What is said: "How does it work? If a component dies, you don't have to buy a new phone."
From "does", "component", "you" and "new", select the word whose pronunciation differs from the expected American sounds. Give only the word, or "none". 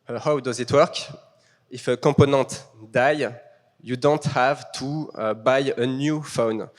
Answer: component